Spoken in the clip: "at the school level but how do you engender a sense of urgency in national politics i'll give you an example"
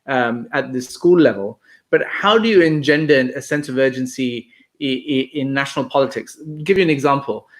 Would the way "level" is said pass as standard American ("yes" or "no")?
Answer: yes